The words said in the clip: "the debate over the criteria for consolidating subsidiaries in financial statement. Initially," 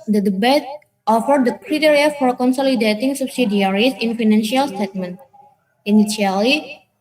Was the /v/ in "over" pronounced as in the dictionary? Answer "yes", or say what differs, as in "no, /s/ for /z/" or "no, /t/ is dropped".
no, /f/ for /v/